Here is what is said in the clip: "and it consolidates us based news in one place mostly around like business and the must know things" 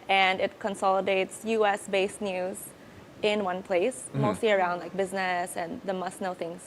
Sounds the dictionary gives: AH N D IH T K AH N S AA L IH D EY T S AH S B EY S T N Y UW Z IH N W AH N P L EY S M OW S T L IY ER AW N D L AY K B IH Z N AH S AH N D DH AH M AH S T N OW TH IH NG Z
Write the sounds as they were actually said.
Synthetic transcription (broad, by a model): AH N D IH T K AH N S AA L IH D EY T S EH S B EY S N Y UW Z IH N W AH N P L EY S M OW S T L IY ER AW N D L AY K B IH Z N AH S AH N DH AH M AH S N OW TH IH NG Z